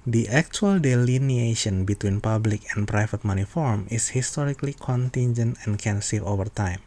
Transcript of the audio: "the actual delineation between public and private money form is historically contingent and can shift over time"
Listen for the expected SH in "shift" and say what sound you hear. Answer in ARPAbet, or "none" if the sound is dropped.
S